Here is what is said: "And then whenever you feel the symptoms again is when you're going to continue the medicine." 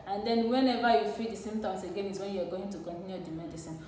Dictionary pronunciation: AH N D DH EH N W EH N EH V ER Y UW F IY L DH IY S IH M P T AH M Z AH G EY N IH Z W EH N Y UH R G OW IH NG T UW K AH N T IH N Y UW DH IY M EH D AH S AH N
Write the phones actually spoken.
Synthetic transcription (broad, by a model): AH N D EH N W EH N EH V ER Y UW F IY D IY S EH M T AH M S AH G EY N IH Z W EH N Y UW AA G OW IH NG T UW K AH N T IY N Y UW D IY M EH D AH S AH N